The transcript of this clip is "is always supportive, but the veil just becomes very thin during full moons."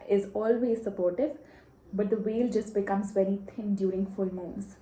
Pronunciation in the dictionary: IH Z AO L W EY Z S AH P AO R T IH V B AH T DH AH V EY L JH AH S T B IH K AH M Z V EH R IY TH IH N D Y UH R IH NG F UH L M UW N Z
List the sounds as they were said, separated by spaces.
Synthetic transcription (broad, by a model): IH Z AO L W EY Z S AH P AO R T IH V B AH T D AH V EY L JH AH S T B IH K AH M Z V EH R IY T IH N D Y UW R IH NG F UH L M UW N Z